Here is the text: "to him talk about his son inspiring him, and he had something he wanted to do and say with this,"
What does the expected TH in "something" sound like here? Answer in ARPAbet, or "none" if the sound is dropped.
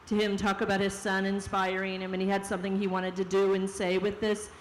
TH